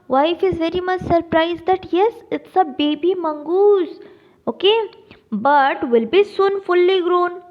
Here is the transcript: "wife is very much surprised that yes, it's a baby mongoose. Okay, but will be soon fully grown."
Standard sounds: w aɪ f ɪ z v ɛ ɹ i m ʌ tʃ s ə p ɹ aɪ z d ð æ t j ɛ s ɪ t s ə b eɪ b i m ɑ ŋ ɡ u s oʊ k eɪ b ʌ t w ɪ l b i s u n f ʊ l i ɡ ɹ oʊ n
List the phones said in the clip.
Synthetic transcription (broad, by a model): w aɪ f ɪ z v ɛ ɹ i m ʌ tʃ s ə p ɹ aɪ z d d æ t j ɛ s ɪ t s ə b eɪ b i m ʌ ŋ ɡ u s oʊ k eɪ b ʌ t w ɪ l b i s u n f ʊ l i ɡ ɹ oʊ n